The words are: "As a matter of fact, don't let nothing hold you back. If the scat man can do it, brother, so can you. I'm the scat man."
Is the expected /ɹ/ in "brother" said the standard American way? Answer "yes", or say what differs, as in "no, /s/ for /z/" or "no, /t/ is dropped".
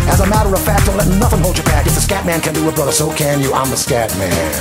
yes